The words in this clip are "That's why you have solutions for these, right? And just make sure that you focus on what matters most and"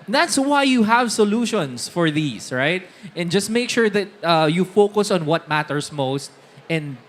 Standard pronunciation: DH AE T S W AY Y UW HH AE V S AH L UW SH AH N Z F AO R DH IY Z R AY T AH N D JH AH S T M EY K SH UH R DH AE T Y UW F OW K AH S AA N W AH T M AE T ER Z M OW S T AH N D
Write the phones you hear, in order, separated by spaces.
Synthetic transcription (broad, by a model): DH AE T S W AY Y UW HH AE V S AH L UW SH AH N S F AO R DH IY S R AY T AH N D JH AH S T M EY K SH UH R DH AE T Y UW F OW K AH S AA N W AH T M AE T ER S M OW S T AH N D